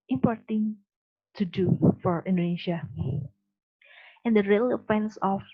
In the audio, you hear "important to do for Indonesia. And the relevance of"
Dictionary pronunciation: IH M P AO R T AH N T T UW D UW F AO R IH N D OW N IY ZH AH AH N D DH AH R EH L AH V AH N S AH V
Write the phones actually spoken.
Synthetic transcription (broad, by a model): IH M P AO R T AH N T T UW D UW F AO R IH N D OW N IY SH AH AH N D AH R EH L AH F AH N S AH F